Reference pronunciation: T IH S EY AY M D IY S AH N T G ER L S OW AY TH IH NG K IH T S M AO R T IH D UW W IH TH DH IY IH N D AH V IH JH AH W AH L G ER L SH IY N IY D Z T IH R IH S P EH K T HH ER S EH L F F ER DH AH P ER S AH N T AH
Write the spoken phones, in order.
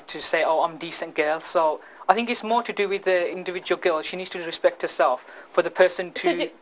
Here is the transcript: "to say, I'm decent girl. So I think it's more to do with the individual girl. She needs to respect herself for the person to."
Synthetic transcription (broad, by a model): T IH S EY AY M D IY S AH N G ER L S OW AY TH IH NG K IH T S M AO R T IH D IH W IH DH IY IH N D AH V IH JH AH W AH L G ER L SH IY N IY D Z T IH R IH S P EH K T HH ER S EH L F F ER DH AH P ER S AH N T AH